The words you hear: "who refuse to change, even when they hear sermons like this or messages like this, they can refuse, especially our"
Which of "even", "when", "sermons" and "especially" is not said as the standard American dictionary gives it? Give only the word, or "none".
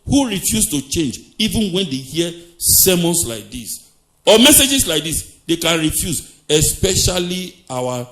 sermons